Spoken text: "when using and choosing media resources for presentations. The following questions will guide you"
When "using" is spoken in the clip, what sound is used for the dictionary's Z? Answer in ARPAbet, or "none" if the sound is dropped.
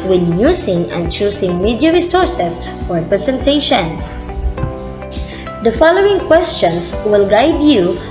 S